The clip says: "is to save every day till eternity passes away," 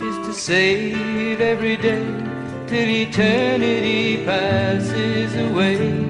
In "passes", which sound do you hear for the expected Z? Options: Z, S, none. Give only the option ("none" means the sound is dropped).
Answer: Z